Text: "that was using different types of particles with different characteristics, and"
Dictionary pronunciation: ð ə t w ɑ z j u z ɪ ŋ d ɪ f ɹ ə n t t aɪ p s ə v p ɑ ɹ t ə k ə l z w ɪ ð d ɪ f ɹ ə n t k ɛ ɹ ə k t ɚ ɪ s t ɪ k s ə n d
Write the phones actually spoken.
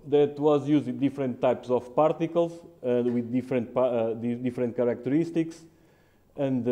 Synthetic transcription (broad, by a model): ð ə t w ɑ z j u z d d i f ɹ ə n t t aɪ p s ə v p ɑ ɹ t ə k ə l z w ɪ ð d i f ɹ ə n t k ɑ ɹ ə k t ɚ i s t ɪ k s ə n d